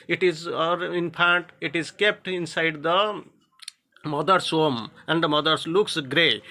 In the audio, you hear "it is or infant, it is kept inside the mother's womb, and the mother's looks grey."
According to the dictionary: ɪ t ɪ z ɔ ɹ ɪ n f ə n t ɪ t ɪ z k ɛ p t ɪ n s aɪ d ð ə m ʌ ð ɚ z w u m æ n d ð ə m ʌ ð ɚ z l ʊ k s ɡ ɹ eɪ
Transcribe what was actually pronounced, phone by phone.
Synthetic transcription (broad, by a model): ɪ t ɪ z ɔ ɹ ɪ n p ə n t ɪ t ɪ z k ɛ p t ɪ n s aɪ d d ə m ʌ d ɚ s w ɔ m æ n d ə m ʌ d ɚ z l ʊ k s ɡ ɹ eɪ